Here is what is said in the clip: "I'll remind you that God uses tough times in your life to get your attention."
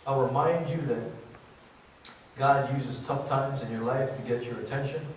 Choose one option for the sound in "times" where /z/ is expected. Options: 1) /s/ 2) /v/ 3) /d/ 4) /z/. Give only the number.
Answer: 4